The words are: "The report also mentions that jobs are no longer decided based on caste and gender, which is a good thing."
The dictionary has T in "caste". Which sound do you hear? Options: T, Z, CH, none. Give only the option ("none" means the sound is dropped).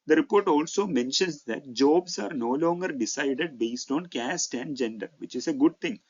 T